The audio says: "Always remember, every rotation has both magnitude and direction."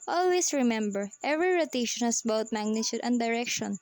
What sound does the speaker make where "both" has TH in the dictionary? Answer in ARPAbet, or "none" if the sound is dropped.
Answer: T